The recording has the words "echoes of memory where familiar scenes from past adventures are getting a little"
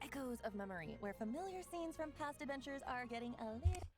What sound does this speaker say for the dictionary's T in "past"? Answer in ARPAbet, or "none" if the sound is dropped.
T